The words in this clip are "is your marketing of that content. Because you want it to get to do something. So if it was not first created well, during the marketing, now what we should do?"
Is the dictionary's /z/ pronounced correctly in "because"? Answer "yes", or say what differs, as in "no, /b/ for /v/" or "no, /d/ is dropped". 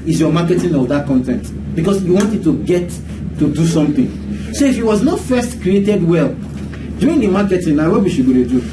no, /s/ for /z/